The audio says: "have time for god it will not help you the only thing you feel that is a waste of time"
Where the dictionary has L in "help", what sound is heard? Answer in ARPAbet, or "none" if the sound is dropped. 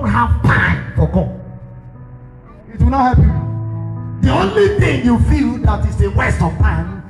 none